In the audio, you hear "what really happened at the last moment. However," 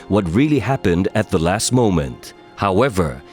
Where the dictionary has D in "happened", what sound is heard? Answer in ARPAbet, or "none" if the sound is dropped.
D